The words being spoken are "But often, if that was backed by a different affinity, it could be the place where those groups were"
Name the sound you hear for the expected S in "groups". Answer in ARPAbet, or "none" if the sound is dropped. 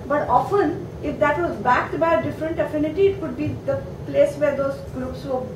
S